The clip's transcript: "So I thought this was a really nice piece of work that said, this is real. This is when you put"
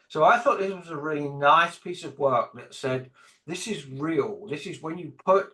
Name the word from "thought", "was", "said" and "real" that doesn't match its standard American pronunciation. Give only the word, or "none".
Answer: none